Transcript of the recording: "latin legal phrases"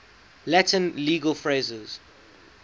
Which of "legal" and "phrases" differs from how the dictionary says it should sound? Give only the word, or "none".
none